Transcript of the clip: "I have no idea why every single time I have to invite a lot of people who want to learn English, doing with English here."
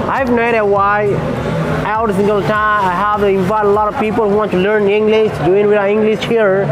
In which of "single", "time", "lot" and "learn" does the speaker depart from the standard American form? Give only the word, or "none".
none